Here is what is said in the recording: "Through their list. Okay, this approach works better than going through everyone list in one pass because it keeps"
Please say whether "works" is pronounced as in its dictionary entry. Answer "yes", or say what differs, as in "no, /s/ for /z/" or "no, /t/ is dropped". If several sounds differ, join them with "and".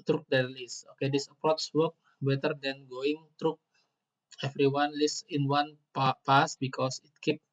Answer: no, /s/ is dropped